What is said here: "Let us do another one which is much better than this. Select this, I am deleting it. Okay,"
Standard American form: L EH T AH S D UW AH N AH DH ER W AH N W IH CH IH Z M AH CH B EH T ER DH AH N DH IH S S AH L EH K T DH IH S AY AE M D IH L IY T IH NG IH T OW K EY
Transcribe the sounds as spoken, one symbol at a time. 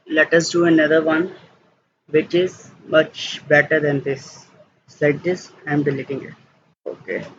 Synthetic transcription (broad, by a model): L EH T AH S D UW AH N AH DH ER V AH N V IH CH IH Z M AH CH B EH T ER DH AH N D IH S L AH IH T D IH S AY M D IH L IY T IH NG IH T OW K EY